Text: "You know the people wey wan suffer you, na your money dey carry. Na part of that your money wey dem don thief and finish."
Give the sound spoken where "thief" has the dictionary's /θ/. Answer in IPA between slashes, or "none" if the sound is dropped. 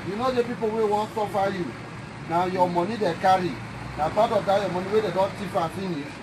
/t/